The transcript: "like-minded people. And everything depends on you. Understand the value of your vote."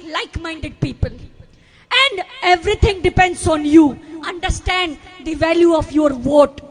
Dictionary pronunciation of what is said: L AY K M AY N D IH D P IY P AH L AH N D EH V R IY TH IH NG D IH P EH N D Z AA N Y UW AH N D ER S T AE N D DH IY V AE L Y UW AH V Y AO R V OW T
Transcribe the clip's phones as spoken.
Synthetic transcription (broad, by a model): L AY K M AY N D IH D P IY P AH L AH N D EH V R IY T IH NG D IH P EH N D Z AA N Y UW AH N D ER S T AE N D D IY V AE L Y UW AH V Y AO R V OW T